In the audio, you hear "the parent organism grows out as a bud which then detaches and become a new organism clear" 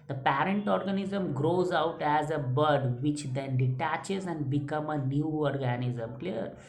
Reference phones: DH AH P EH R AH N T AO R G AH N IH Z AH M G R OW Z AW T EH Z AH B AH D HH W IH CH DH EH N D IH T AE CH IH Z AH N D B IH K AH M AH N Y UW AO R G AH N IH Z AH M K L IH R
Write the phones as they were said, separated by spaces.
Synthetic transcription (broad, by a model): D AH P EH R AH N T AO R G AH N IH Z AH M G R OW Z AW T EH Z AH B AH D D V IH CH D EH N D IH T AE CH IH Z AH N D B IH K AH M AH N Y UW AO R G AH N IH Z AH M K L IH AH